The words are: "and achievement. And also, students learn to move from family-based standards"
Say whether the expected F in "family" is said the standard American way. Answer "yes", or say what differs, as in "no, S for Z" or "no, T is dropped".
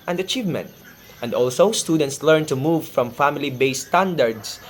yes